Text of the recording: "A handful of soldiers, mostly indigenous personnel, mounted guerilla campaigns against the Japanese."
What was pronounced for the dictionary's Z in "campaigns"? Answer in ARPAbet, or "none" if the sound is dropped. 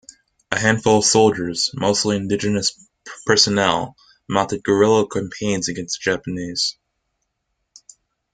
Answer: Z